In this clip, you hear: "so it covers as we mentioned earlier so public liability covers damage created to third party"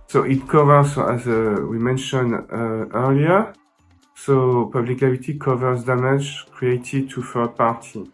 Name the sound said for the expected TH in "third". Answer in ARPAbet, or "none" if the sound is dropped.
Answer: F